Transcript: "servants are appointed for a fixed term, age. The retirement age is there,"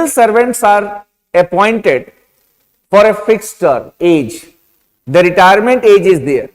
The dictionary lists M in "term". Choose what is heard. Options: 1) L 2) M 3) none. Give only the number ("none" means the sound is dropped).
3